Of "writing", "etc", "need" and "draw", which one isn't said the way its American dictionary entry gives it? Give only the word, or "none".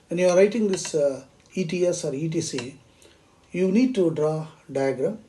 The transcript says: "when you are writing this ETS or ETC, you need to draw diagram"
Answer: etc